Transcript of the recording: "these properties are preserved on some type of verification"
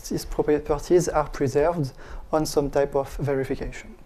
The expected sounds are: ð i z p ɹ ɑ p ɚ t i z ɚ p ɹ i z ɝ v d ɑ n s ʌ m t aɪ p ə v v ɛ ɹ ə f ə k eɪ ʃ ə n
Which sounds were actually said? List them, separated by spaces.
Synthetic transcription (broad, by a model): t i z p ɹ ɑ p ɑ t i z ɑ p ɹ i z ɝ v d ɑ n s ʌ m t aɪ p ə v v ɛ ɹ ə f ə k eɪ ʃ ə n